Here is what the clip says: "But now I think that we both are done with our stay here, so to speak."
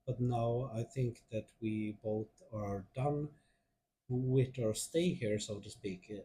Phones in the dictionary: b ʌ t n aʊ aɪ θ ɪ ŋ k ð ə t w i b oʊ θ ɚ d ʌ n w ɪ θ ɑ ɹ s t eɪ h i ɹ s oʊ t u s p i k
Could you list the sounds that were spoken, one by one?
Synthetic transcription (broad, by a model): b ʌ t n aʊ aɪ θ ɪ ŋ k ð ə t w i b oʊ θ ɚ d ʌ n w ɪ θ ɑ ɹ s t eɪ h i ɹ s oʊ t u s p i k